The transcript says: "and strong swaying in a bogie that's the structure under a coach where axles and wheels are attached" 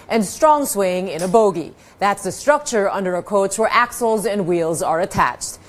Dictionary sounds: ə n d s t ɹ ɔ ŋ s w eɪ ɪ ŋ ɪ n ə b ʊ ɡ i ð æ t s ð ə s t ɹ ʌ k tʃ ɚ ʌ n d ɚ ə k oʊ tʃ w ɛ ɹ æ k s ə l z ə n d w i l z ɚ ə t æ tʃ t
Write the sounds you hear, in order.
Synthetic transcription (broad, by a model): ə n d s t ɹ ɔ ŋ s w eɪ ɪ ŋ ɪ n ə b ʊ ɡ i ð æ t s ð ə s t ɹ ʌ k tʃ ɚ ʌ n d ɚ ə k oʊ tʃ w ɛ ɹ æ k s l z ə n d w i l z ɚ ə t æ tʃ t